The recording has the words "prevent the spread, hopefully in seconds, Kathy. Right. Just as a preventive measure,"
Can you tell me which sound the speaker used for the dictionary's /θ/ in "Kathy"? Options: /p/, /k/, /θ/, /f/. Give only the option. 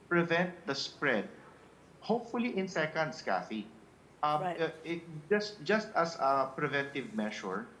/f/